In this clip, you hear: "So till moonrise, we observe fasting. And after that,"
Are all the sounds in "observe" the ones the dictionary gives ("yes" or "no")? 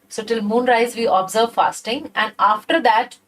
yes